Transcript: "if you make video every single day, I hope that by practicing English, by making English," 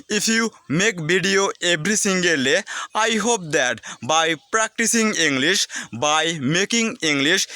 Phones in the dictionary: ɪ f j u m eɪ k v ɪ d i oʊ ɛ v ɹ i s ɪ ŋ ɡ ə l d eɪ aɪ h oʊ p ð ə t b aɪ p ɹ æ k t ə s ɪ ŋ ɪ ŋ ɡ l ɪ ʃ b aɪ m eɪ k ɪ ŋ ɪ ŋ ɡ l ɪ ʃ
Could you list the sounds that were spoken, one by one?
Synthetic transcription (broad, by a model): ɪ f j u m eɪ k b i d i oʊ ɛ b ɹ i s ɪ ŋ ɡ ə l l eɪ aɪ h oʊ p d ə t b aɪ p ɹ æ k t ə s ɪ ŋ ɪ ŋ ɡ l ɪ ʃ b aɪ m eɪ k ɪ ŋ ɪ ŋ ɡ l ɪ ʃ